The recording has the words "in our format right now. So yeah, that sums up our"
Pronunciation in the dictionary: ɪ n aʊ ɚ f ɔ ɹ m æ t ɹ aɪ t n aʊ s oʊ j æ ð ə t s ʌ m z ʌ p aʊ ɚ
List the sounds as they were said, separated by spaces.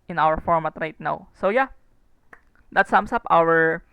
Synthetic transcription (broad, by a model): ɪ n aʊ ɚ f ɔ ɹ m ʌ t ɹ aɪ t n aʊ s oʊ j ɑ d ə t s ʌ m s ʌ p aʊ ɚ